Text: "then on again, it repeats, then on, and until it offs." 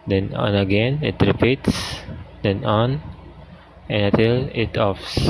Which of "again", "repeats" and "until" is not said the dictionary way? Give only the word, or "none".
until